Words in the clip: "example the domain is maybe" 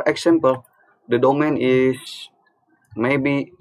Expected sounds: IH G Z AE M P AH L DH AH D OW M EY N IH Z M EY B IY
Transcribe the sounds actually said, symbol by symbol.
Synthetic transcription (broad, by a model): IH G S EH M P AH L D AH D OW M EY N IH S M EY B IY